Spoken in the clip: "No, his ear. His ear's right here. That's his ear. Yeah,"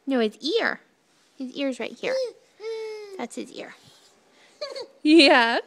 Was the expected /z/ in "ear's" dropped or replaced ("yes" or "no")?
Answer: no